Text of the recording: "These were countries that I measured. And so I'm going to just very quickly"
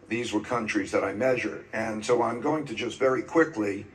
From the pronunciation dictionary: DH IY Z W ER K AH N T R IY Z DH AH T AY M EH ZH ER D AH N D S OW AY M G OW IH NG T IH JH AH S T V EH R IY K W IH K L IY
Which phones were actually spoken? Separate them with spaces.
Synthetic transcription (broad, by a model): DH IY Z W ER K AH N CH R IY Z DH AH T AY M EH ZH ER D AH N S OW AY M G OW IH NG T IH JH AH S T V EH R IY K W IH K L IY